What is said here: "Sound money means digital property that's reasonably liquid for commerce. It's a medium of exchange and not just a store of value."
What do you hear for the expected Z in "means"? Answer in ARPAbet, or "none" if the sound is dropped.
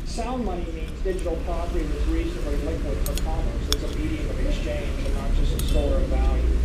Z